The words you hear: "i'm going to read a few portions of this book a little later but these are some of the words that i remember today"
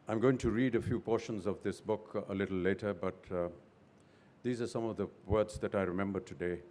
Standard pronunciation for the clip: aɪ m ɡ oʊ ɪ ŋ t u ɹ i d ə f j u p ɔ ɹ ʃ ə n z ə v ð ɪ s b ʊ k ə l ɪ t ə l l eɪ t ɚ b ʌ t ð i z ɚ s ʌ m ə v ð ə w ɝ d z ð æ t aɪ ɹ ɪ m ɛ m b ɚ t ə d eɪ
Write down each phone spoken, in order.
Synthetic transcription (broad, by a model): aɪ m ɡ oʊ ɪ ŋ t u ɹ i d ə f j u p ɔ ɹ ʃ ə n z ə v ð ɪ s b ʊ k ə l ɪ t l l eɪ t ɚ b ʌ t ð i z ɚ s ʌ m ə v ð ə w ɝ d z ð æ t aɪ ɹ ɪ m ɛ m b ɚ t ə d eɪ